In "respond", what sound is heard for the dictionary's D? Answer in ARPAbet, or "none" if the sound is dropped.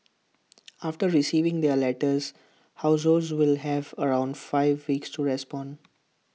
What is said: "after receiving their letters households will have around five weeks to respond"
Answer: D